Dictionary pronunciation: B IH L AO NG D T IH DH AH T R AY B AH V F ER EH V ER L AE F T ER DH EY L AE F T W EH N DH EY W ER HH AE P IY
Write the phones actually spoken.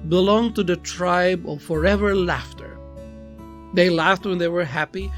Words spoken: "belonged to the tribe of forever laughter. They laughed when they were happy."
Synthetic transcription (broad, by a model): B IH L AO NG T IH DH AH T R AY B AH V F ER EH V ER L AE F T ER DH EY L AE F T W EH N DH EY W ER HH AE P IY